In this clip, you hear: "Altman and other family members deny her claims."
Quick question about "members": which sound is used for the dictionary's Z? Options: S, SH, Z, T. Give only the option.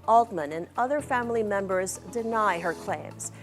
Z